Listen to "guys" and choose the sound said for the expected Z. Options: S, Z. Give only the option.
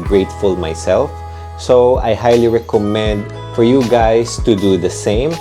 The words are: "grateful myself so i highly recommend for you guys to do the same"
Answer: S